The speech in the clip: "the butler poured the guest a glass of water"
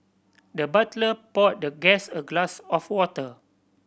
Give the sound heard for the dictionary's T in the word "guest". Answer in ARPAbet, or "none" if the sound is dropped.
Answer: none